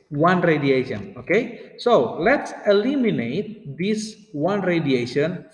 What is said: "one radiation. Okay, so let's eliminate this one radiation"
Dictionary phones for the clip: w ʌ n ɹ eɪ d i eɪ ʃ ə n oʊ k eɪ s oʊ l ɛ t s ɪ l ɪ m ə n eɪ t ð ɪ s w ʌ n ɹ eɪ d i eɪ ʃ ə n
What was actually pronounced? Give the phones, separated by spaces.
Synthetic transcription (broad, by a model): w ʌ n ɹ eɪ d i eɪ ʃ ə n oʊ k eɪ s oʊ l ɛ t s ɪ l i m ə n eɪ t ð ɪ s w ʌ n ɹ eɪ d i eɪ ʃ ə n